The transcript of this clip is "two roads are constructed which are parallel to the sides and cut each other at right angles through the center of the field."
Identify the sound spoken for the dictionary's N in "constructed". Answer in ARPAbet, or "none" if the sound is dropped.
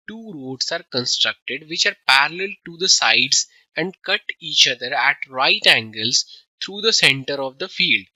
N